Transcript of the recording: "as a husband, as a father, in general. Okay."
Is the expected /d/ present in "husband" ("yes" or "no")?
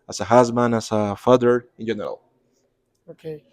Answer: no